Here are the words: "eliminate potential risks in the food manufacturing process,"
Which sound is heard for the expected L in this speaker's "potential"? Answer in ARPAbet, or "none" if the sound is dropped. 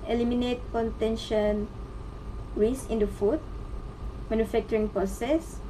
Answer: N